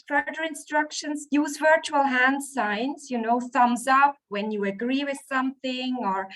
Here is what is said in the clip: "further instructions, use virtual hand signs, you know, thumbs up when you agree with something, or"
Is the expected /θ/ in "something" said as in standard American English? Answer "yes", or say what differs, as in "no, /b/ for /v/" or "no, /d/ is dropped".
yes